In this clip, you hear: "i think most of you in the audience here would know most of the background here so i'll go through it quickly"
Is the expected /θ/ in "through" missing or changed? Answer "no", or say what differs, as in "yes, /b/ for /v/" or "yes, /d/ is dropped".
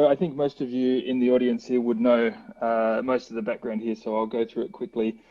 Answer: no